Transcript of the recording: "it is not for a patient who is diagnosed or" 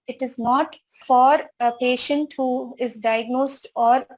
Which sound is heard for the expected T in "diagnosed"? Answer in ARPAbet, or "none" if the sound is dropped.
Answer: T